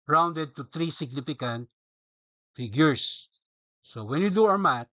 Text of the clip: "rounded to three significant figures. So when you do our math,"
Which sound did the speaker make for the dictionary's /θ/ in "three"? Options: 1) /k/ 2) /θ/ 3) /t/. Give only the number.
3